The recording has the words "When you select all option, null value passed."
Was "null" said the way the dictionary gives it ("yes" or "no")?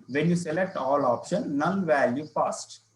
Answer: no